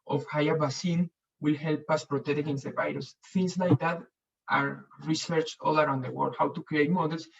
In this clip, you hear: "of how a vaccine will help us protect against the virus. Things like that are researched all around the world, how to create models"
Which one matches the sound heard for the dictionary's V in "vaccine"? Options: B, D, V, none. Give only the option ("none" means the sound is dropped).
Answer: B